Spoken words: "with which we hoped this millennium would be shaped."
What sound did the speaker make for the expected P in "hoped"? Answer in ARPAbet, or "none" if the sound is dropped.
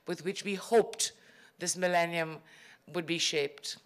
P